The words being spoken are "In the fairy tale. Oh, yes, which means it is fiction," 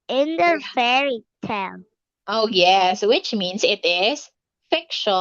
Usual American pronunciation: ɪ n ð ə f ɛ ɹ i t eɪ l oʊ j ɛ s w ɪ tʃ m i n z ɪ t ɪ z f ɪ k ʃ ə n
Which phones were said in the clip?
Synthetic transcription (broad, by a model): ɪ n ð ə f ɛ ɹ i t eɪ n oʊ j ɛ s w ɪ tʃ m i n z ɪ t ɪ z f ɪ k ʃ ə